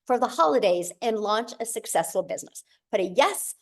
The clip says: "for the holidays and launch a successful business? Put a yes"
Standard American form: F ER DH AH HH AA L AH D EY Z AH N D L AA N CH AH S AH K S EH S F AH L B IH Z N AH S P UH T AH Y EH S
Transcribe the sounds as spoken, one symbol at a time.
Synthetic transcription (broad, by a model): F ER DH AH HH AA L AH D EY Z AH N L AA N CH AH S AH K S EH S F L B IH Z N AH S B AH T AH Y EH S